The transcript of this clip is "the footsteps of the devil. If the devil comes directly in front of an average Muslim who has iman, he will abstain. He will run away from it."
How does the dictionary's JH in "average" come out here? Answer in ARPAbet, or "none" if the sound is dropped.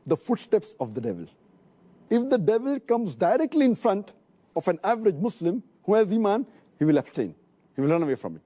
JH